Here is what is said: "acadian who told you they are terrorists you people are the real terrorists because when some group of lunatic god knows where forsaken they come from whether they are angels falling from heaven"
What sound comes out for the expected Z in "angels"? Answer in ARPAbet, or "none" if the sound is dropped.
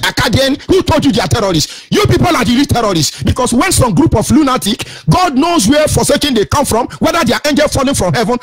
none